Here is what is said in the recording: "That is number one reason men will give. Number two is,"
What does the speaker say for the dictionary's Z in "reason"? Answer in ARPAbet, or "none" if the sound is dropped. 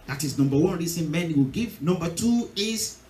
S